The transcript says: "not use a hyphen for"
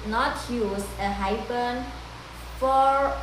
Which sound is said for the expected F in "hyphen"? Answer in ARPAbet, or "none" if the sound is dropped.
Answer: P